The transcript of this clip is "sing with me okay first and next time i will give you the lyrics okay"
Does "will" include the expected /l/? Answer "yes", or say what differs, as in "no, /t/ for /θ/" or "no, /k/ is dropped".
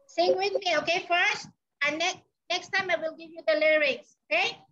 yes